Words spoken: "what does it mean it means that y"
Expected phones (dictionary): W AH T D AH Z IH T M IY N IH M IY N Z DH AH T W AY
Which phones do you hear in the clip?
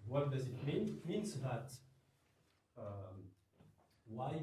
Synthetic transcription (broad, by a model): W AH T D AH Z IH T M IY N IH M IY N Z DH AH T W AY